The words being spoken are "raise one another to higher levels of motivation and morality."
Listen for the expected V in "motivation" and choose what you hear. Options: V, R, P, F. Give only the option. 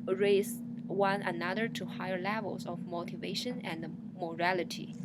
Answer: V